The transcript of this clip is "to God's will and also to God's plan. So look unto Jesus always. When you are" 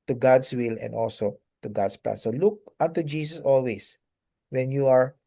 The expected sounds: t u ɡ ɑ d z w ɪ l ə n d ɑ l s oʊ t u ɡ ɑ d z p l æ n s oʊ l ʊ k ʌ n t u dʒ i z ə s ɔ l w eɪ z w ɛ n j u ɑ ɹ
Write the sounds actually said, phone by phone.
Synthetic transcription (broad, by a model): t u ɡ ɑ d s w ɪ l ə n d ɑ l s oʊ t u ɡ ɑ d s p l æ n s oʊ l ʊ k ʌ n t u dʒ i s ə s ɔ l w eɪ s w ɛ n j u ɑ ɹ